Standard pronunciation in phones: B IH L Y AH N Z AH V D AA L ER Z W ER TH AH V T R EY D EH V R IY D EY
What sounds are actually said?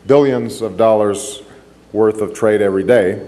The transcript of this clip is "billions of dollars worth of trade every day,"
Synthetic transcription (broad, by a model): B IH L Y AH N Z AH V D AA L ER Z W ER TH AH V T R EY D EH V R IY D EY